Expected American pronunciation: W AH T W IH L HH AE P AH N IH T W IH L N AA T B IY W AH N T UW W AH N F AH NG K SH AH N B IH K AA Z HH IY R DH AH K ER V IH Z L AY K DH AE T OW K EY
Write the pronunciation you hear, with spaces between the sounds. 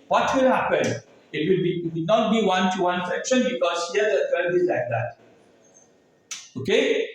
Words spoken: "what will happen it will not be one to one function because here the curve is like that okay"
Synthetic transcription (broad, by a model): W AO T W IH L HH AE P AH N IH T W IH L N AA T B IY W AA N T UW W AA N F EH K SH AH N B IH K AA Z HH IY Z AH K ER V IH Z L AY K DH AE T OW K EY